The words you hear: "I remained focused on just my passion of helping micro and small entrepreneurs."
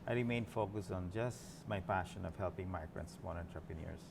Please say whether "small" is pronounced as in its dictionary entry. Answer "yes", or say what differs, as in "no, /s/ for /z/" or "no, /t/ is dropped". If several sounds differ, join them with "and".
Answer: no, /n/ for /l/